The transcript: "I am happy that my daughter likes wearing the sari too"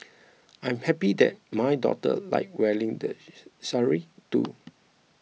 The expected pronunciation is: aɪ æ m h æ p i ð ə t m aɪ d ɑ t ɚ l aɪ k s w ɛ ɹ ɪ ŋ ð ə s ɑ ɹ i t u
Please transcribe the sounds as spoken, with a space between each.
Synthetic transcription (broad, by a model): aɪ m h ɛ p i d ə t m aɪ d ɑ t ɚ l aɪ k w ɛ l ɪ ŋ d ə s ɑ ɹ i t u